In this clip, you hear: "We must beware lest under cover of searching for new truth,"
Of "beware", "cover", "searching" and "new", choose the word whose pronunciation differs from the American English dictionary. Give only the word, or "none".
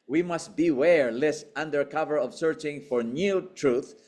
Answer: none